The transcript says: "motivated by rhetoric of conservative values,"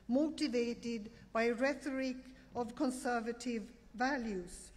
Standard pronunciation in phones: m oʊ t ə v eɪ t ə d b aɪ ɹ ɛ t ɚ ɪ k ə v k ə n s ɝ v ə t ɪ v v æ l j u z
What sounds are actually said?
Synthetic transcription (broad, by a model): m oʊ t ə v eɪ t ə d b aɪ ɹ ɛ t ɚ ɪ k ə v k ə n s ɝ v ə t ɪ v v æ l j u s